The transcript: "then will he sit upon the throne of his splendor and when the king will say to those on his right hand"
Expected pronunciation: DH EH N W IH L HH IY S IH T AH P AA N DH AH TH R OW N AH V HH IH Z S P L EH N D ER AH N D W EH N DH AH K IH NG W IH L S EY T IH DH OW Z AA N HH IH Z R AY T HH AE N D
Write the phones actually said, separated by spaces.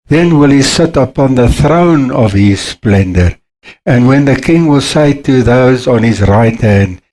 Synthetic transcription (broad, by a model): DH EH N W IH L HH IY S IH T AH P AA N DH AH TH R OW N AH V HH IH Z S P L EH N D ER AH N D W EH N DH AH K IH NG W IH L S EY T IH DH OW Z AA N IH Z R AY T HH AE N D